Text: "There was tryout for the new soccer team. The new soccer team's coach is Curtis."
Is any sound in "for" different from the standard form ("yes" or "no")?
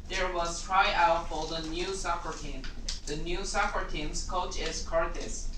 yes